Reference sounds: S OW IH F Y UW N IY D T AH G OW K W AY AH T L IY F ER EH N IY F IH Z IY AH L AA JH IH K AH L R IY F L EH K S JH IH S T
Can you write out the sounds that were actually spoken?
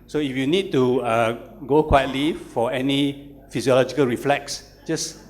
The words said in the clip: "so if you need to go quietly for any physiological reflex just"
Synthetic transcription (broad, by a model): S OW IH F Y UW N IY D T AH G OW K W AY AH T L IY F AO EH N IY F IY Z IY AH L AA JH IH K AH L R IY F L EH K S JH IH S